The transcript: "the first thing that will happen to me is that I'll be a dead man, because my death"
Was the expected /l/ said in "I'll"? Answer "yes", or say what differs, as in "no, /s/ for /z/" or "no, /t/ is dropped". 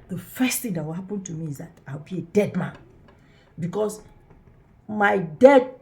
no, /w/ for /l/